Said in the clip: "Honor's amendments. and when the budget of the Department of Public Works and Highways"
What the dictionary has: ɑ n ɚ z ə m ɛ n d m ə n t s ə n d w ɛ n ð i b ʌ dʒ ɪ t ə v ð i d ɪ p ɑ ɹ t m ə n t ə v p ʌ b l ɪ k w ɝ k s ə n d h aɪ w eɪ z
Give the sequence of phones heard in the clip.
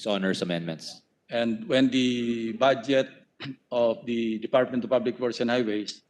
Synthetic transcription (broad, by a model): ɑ n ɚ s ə m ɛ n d m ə n t s ə n d w ɛ n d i b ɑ dʒ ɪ t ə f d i d ɪ p ɑ ɹ t m ə n t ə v p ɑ b l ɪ k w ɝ s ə n h aɪ w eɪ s